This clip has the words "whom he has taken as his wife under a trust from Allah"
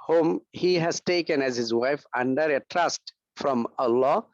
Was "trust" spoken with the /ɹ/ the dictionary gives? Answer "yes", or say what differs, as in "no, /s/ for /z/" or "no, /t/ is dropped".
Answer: yes